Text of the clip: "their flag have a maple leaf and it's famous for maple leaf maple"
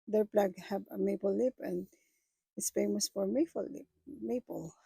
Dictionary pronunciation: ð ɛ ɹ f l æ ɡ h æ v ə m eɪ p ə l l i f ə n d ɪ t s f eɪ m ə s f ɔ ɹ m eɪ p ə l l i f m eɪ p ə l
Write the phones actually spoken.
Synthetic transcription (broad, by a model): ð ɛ ɹ p l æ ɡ h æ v ə m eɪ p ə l l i p ə n d ɪ t s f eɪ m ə s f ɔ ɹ m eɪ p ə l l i p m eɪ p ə l